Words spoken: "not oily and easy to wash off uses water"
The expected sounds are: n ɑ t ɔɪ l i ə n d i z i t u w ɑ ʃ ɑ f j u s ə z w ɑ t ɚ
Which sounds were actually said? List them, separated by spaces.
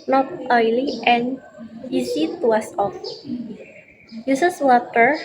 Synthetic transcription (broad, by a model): n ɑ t ɔɪ l i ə n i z i t u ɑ s ɑ f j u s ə s w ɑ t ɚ